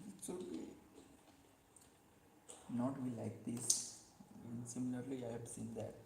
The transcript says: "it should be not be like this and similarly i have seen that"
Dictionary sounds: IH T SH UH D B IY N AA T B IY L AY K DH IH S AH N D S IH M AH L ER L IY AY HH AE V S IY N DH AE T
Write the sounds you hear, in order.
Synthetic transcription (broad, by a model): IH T S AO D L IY N AA T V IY L AY K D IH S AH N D S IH M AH L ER L IY AY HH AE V S IY N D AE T